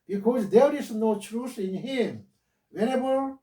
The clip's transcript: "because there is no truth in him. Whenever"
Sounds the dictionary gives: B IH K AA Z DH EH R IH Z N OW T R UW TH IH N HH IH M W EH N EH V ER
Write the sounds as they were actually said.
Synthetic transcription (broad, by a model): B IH K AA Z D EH R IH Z N OW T R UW S IH N HH IH M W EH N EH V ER